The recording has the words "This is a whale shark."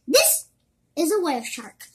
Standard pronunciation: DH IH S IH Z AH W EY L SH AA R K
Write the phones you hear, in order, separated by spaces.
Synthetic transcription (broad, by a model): DH IH S IH Z AH W EY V SH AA R K